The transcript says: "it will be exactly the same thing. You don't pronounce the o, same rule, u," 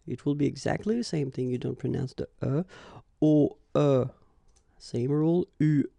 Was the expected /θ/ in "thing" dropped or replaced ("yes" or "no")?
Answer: no